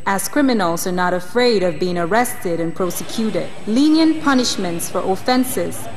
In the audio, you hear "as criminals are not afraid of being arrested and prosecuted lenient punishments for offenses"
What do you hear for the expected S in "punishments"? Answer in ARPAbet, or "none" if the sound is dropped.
S